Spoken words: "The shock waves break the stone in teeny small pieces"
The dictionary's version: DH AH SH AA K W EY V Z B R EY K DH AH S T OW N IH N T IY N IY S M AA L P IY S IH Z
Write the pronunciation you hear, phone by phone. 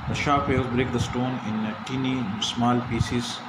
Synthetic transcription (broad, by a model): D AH SH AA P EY Z B R EY K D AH S T OW N IH N T IY N IY S M AA L P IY S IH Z